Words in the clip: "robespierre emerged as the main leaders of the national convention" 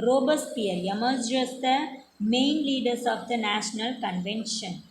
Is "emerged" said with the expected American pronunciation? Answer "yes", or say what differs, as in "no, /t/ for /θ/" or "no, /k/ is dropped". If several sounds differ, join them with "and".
no, /d/ is dropped